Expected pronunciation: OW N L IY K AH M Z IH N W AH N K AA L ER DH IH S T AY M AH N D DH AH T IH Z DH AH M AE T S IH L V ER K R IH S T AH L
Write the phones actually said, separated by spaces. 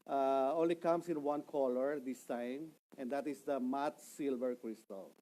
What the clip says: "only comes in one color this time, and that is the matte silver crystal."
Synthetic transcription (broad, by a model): OW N L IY K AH M S IH N W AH N K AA L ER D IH S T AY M AH N D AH T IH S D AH M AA T S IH L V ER K R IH S T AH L